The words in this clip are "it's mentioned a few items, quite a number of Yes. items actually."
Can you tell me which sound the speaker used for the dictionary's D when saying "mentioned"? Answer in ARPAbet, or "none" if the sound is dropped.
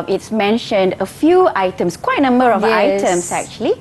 D